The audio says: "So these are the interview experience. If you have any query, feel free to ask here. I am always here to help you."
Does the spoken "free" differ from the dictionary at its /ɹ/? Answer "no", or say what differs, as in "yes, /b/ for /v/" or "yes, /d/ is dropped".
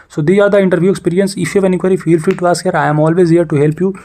yes, /ɹ/ is dropped